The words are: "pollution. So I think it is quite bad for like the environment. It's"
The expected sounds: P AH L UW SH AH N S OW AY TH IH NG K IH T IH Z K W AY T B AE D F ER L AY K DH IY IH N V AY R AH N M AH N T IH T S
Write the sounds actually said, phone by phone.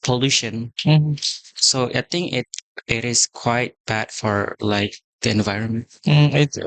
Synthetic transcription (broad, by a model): P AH L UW SH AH N S OW AY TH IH NG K IH T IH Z K W AY T B AE D F ER L AY K DH IY IH N V AY R AH N M AH N T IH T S